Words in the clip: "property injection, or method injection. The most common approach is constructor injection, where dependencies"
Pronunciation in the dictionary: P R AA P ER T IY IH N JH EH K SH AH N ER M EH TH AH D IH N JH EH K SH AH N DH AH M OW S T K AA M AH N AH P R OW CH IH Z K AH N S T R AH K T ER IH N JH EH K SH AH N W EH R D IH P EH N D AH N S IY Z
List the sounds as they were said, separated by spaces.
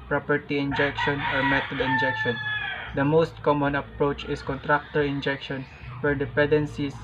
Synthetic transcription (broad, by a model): P R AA P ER T IY IH N JH EH K SH AH N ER M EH T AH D IH N JH EH K SH AH N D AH M OW S T K AA M AH N AH P R OW CH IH S K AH N T R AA K T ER IH N JH EH K SH AH N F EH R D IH P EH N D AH N S IY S